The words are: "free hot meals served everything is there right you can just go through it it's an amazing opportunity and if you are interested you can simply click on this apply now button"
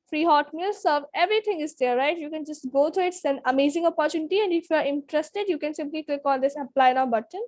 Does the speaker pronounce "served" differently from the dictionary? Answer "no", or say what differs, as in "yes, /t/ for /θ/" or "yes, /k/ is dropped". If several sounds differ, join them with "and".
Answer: yes, /d/ is dropped